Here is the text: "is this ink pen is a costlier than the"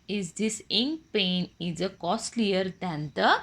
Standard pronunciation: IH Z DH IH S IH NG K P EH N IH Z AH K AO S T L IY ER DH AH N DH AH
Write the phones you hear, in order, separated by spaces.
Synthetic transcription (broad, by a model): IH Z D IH S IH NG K P EH N IH Z AH K AO S T L IY ER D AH N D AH